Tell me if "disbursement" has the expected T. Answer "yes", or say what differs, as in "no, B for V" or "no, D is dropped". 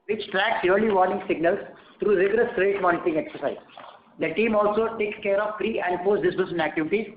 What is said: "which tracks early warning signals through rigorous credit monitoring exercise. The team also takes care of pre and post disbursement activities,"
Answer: no, T is dropped